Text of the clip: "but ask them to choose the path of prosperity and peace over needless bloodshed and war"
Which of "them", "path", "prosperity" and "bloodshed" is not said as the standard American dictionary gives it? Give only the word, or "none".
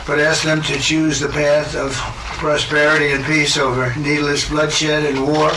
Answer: none